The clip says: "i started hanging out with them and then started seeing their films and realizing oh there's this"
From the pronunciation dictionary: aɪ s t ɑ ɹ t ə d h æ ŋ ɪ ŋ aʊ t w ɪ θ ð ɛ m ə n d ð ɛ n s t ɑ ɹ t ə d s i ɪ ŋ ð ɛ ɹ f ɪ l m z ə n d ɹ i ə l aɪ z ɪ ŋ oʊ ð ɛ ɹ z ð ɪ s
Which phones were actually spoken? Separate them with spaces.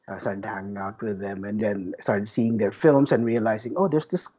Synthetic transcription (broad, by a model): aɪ s t ɑ ɹ t ə d h æ ŋ ɪ ŋ aʊ t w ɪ ð ɛ m ə n d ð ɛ n s t ɑ ɹ t ə d s i ɪ ŋ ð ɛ ɹ f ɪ l m s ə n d ɹ i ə l aɪ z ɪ ŋ oʊ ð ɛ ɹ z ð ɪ s